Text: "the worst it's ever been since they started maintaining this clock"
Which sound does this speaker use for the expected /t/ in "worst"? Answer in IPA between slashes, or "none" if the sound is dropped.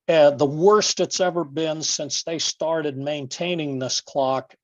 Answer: /t/